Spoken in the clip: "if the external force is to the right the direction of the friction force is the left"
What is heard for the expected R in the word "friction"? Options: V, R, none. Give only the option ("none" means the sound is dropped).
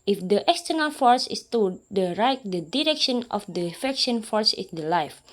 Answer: none